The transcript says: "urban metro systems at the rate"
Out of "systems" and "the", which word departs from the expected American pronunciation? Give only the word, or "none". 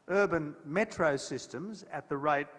none